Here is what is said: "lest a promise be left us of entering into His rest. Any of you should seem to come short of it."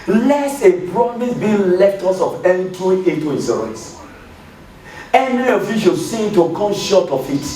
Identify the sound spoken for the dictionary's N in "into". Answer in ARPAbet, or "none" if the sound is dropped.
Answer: none